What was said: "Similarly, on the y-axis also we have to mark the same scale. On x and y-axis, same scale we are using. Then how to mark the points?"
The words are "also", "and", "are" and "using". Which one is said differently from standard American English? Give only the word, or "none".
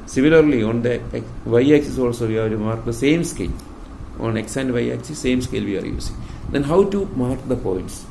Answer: using